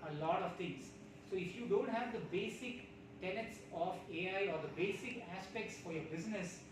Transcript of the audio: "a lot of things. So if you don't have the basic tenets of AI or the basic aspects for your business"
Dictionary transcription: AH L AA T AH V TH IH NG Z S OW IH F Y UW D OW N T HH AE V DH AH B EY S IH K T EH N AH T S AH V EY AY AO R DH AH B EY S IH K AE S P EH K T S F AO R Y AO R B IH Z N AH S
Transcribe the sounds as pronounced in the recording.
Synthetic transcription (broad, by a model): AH L AA T AH V T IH NG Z S OW IH F Y UW D OW N T HH AE V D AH B EY S IH K T EH N AH T S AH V EY AY AO R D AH B EY S IH K AE S P EH K T S F AO R Y AO R B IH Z N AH S